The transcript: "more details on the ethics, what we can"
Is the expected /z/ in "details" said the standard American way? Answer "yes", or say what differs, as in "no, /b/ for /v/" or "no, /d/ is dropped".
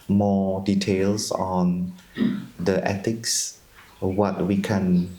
no, /s/ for /z/